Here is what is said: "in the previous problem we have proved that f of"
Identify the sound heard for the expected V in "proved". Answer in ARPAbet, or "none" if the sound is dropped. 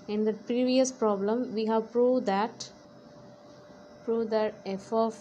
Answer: P